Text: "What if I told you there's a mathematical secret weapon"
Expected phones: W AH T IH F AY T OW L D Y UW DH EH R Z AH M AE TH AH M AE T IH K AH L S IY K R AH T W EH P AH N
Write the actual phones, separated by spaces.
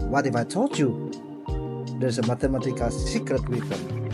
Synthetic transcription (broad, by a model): W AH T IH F AY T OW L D Y UW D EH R S AH M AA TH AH M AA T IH K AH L S IY K R AH T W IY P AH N